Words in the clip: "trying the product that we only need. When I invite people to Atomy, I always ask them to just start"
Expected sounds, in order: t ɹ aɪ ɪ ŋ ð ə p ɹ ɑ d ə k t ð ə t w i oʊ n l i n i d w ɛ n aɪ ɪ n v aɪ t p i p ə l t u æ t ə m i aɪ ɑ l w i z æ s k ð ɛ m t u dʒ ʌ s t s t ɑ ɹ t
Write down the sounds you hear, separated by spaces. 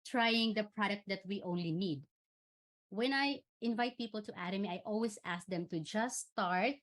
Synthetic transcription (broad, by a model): t ɹ aɪ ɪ ŋ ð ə p ɹ ɑ d ə k t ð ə t w i oʊ n l i n i d w ɛ n aɪ ɪ n v aɪ t p i p ə l t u æ t ə m i aɪ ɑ l w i s æ s k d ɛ m t u dʒ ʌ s s t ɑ ɹ t